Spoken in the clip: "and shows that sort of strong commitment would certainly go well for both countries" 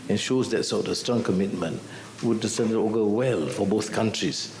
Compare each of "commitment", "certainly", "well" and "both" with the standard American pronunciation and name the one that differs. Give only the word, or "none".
certainly